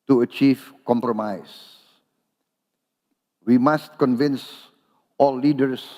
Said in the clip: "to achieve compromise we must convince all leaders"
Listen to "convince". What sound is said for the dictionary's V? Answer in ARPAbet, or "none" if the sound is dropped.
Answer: V